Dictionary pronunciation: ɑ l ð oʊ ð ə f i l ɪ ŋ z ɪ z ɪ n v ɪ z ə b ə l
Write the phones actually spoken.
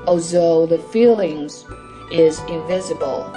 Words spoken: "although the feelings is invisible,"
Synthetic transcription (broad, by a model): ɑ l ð oʊ ð ə f i l ɪ ŋ z ɪ z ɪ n v ɪ z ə b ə l